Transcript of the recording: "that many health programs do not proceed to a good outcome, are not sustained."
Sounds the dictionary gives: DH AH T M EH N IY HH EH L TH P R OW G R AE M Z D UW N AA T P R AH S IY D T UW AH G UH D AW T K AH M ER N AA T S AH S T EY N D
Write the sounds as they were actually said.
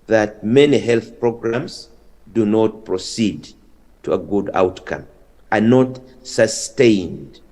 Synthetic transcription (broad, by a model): DH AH T M EH N IY HH EH L TH P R OW G R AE M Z D UW N AA T P R AH S IY D T UW AH G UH D AW T K AH M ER N AA T S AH S T EY N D